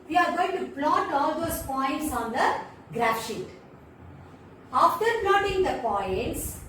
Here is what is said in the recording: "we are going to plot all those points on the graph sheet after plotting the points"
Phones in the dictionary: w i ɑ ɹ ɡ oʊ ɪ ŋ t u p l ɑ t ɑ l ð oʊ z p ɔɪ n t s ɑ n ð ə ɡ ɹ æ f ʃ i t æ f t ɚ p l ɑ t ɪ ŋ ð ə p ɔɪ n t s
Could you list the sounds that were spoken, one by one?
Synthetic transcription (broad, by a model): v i ɑ ɹ ɡ oʊ ɪ ŋ t u p l ɑ t ɑ l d oʊ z p ɔɪ n t s ɑ n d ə ɡ ɹ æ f ʃ i t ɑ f t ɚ p l ɑ t ɪ ŋ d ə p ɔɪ n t s